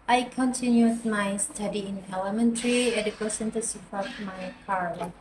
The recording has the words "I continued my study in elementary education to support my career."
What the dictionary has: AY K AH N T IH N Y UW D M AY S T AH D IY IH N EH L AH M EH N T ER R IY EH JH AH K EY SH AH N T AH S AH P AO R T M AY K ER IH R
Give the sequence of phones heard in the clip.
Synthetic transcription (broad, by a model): AY K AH N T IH N Y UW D M AY S T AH D IY IH N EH L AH M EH N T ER R IY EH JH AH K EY S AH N T AH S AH F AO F M AY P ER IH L